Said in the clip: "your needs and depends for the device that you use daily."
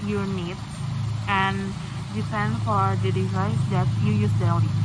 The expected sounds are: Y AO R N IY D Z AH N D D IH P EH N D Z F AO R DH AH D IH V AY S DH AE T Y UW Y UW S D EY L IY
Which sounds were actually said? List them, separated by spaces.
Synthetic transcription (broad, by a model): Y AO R N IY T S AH N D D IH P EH N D F AO R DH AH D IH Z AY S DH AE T Y UW Y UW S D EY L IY